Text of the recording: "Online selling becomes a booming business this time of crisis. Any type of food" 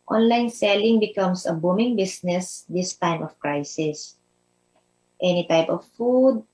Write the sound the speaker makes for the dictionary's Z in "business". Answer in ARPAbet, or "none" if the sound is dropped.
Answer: S